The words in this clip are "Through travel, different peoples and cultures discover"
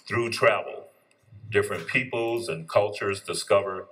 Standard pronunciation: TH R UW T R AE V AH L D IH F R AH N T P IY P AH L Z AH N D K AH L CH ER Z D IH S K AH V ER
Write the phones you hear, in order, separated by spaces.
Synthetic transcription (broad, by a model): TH R UW T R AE V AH L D IH F R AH N P IY P L Z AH N K AH L CH ER Z D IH S K AH V ER